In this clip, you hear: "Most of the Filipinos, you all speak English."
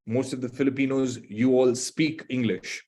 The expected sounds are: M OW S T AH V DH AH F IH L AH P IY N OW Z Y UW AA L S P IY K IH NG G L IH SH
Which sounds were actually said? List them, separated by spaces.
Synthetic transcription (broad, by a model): M OW S T AH V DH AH F IH L AH P IY N OW Z Y UW AA L S P IY K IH NG G L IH SH